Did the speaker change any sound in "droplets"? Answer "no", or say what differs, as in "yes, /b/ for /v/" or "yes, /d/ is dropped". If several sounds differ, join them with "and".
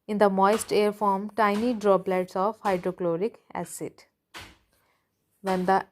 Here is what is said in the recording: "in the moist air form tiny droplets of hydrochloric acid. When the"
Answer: yes, /b/ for /p/